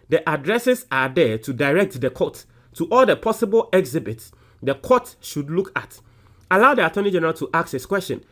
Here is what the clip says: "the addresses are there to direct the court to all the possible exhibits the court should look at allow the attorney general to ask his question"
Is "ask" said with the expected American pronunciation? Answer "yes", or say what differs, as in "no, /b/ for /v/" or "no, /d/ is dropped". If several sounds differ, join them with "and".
no, /s/ is dropped